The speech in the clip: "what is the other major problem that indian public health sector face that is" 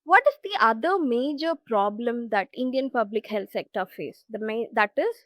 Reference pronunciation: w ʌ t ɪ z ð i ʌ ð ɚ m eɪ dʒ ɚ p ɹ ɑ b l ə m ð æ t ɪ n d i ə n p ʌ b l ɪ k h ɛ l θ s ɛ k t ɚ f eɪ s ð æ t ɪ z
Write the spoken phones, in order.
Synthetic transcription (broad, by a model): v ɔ t ɪ z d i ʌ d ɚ m eɪ dʒ ɚ p ɹ ɑ b l ə m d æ t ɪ n d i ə n p ʌ b l ɪ k h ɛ l t s ɛ k t ɚ f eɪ s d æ t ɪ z